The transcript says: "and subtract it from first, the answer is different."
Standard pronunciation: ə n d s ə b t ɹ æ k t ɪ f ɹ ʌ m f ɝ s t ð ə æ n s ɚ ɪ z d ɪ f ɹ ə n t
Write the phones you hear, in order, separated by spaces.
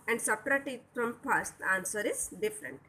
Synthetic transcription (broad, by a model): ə n d s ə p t ɹ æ t ɪ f ɹ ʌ m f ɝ s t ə n s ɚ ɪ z d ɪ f ɹ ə n t